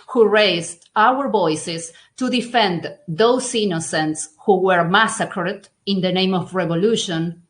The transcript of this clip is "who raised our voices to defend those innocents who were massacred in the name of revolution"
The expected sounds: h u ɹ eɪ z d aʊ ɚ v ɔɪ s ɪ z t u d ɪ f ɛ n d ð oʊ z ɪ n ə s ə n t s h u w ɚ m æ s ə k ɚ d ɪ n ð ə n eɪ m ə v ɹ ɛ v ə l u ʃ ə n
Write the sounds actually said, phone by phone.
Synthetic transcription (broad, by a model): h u ɹ eɪ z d aʊ ɚ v ɔɪ s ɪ s t u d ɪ f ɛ n d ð oʊ s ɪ n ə s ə n t s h u w ɚ m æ s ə k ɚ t ɪ n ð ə n eɪ m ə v ɹ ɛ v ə l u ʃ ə n